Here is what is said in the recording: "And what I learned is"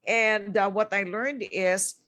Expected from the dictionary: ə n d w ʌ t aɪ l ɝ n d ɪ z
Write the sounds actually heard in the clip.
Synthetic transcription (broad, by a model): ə n d w ʌ t aɪ l ɝ n d ɪ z